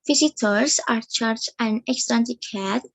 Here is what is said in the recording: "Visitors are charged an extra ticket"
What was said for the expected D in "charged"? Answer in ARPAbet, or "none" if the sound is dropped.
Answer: none